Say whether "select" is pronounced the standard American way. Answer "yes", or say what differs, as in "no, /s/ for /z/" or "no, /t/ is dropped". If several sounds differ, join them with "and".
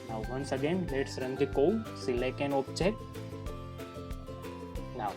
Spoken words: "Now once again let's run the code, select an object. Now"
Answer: no, /t/ is dropped